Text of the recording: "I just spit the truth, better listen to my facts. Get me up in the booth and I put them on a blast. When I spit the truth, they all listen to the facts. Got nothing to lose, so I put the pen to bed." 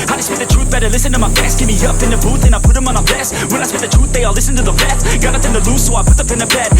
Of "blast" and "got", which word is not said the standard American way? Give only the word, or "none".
blast